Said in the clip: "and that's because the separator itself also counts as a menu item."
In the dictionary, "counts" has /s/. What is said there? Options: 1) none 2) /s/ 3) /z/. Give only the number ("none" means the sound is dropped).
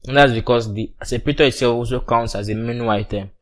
2